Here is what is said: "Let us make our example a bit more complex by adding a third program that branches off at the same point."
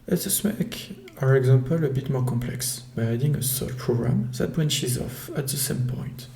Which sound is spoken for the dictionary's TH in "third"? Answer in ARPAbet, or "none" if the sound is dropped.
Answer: S